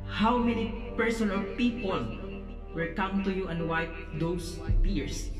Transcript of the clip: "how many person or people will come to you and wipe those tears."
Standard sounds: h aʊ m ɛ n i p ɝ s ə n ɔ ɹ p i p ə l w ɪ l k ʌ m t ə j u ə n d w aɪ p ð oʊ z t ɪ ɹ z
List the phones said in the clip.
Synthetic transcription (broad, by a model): h aʊ m ɛ n i p ɝ s ə n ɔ l p i p ə l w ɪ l k ʌ m t ə j u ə n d w aɪ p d oʊ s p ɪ ɹ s